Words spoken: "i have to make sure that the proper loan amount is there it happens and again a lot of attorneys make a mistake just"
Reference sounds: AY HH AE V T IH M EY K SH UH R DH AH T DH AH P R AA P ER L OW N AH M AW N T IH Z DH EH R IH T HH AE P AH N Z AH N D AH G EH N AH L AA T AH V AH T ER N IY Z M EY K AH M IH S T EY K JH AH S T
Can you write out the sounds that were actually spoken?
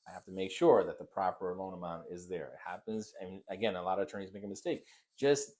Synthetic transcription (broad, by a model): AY HH AE F T IH M EY K SH UH R DH AH T DH AH P R AA P ER L OW N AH M AW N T IH Z DH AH R IH T HH AE P AH N Z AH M AH G EH N AH L AA T AH V AH T ER N IY Z M EY K AH M IH S T EY K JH AH S T